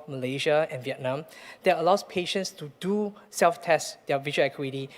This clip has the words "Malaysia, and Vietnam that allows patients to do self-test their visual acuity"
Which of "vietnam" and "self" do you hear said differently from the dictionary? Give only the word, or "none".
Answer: none